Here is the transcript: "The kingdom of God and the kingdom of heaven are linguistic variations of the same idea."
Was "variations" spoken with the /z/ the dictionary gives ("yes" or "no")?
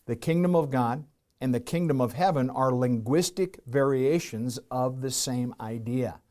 yes